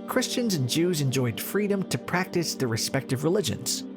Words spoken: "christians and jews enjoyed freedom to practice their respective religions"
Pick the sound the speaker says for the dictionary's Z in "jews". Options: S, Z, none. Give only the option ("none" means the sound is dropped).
Z